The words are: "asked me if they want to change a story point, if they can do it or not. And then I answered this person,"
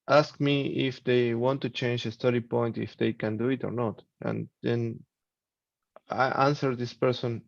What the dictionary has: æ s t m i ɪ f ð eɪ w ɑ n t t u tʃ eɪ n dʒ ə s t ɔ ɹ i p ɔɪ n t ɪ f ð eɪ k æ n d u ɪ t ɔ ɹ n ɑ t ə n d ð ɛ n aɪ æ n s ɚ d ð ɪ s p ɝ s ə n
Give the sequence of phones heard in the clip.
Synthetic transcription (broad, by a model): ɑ s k m i ɪ f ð eɪ w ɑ n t t u tʃ eɪ n dʒ ə s t ɔ ɹ i p ɔɪ n t ɪ f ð eɪ k æ n d u ɪ t ɔ ɹ n ɑ t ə n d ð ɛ n aɪ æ n s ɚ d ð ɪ s p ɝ s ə n